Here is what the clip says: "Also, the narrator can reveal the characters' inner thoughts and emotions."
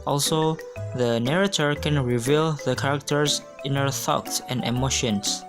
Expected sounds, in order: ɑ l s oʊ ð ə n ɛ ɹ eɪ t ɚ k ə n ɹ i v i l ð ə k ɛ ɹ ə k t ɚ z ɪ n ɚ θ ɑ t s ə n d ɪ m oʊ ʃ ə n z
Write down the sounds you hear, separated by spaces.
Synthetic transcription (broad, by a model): ɑ l s oʊ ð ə n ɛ ɹ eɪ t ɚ k ə n ɹ i v i l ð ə k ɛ ɹ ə k t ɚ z ɪ n ɚ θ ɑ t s ə n d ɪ m oʊ ʃ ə n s